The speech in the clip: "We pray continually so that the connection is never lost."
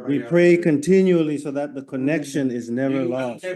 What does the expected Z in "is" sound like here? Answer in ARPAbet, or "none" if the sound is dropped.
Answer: Z